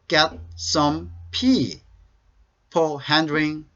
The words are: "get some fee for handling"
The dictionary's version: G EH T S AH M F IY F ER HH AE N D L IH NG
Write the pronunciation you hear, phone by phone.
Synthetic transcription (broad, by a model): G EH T S AH M P IY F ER HH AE N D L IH NG